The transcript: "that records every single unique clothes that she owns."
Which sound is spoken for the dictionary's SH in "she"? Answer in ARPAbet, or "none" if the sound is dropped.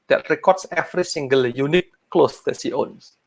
S